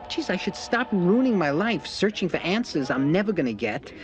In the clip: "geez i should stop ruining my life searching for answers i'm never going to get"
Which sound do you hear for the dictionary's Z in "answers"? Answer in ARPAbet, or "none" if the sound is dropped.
Z